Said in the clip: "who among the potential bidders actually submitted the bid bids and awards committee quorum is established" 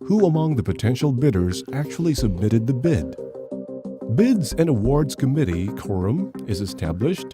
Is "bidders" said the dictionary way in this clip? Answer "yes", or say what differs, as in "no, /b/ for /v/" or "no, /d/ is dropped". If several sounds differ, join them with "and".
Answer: yes